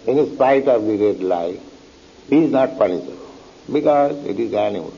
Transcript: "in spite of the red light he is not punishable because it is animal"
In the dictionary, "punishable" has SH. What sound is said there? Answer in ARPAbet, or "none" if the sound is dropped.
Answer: S